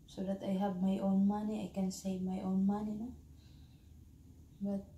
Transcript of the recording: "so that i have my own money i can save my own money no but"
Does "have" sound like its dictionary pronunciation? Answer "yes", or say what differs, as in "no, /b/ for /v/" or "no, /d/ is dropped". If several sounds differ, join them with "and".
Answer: no, /b/ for /v/